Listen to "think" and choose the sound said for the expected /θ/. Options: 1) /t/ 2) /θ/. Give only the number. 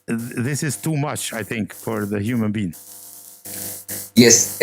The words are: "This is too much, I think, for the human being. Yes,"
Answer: 2